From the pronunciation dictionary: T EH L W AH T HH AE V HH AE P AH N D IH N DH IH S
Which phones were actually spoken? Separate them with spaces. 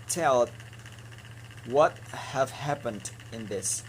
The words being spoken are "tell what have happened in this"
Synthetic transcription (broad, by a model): T EH L W AH T HH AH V HH AE P AH N D IH N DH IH S